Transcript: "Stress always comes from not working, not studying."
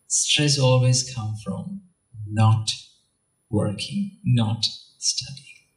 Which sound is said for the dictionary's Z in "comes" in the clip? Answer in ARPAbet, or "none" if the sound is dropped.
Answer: none